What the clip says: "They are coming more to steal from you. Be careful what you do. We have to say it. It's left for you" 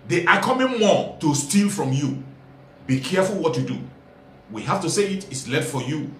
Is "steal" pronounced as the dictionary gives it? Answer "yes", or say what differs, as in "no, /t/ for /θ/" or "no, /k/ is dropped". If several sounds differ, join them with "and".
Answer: yes